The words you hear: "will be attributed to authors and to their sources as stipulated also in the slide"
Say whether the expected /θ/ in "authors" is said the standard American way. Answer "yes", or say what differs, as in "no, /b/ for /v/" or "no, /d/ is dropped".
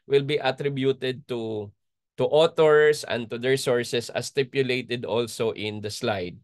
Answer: no, /t/ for /θ/